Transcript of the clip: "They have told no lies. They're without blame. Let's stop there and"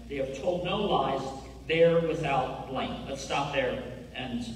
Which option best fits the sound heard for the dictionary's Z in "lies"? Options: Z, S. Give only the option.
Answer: Z